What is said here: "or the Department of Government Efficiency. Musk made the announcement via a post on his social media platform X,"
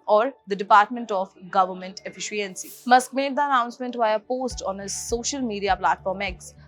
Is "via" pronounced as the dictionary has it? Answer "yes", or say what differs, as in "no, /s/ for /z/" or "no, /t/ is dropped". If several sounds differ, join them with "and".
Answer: no, /b/ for /v/